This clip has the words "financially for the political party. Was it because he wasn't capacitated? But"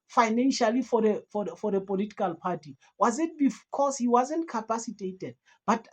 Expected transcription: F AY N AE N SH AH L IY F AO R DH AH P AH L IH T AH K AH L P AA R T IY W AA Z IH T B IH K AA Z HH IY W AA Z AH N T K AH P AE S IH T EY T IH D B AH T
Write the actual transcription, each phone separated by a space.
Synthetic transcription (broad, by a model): F AY N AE N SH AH L IY F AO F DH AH P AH L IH T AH K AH L P AA R T IY W AA Z IH T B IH K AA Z HH IY W AA Z AH N T K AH P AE S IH T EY T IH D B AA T